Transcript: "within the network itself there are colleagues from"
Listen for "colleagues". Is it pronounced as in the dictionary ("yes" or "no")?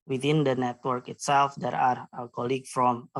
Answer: no